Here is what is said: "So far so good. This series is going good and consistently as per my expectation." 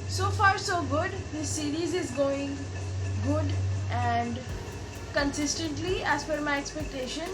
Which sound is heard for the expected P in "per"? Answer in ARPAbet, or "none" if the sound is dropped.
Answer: F